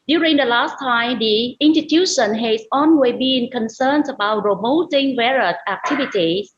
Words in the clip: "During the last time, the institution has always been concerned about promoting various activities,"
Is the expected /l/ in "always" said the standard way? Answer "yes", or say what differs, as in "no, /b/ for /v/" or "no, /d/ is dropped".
no, /n/ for /l/